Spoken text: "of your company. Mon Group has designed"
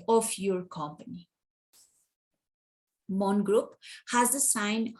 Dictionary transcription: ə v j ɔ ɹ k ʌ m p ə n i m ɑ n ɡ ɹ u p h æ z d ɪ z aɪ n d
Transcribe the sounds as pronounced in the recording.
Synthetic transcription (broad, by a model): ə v j ɔ ɹ k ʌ m p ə n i m ɑ n ɡ ɹ u p h æ z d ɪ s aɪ n